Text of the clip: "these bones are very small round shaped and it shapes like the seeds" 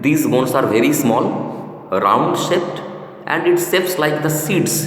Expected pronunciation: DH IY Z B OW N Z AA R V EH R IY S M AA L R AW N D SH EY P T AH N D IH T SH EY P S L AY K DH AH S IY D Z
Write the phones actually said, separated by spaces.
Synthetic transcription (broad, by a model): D IY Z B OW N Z AA R V EH R IY S M AA L R AW N D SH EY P T AH N D IH T S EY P S L AY K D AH S IY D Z